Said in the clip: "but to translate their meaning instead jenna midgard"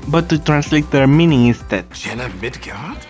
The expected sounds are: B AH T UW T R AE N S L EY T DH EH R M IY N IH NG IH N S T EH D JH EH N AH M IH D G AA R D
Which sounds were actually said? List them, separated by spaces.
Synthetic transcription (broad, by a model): B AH T UW T R AE N S L EY T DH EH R M IY N IH NG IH S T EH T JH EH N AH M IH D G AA